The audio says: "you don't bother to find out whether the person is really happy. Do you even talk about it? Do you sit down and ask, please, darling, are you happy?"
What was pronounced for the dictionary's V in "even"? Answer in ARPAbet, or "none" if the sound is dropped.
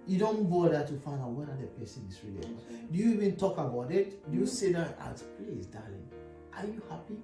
V